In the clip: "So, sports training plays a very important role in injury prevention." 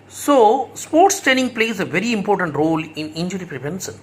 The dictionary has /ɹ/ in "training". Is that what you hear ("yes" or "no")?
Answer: no